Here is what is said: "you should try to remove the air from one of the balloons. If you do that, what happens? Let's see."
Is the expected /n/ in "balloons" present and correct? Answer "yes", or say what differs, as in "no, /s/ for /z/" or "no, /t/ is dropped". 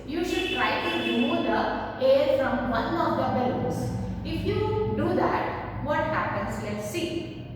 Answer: no, /n/ is dropped